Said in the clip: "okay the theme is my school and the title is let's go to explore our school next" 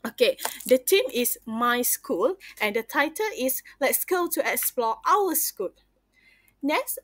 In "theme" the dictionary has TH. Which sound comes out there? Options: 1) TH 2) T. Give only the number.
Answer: 2